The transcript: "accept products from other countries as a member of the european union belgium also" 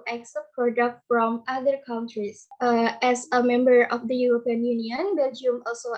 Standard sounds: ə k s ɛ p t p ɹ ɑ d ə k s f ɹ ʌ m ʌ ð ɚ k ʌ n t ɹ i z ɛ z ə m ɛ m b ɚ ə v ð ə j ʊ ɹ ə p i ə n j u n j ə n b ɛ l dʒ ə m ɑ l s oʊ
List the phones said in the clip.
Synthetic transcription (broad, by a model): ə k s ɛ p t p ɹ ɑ d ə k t f ɹ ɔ m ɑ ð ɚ k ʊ n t ɹ i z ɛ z ə m ɛ m b ɚ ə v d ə j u ɹ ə p i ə n j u n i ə n b ɛ l dʒ ə m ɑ l s oʊ